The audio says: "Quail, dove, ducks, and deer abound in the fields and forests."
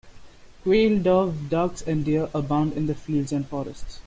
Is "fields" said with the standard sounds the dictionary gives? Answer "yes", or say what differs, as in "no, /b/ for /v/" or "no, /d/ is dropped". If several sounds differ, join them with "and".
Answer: no, /l/ is dropped